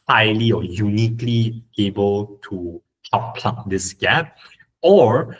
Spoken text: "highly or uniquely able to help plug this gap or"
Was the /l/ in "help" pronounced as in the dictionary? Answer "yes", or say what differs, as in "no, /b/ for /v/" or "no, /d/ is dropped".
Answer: no, /l/ is dropped